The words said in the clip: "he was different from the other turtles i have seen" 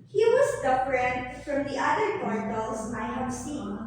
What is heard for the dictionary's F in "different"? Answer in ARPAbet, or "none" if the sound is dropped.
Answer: P